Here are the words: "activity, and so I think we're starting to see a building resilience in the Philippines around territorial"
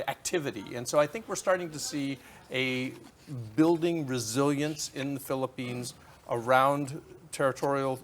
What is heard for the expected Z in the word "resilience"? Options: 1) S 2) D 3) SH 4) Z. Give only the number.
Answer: 4